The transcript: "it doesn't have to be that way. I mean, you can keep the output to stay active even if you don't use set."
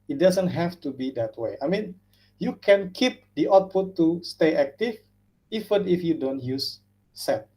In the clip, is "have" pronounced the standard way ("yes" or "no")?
no